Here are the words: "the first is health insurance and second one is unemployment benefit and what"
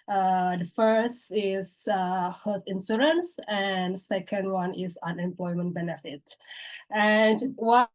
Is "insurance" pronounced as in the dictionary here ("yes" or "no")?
no